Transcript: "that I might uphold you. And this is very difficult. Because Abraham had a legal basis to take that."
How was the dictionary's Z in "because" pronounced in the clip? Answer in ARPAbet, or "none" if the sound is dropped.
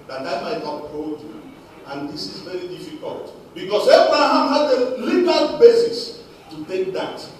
S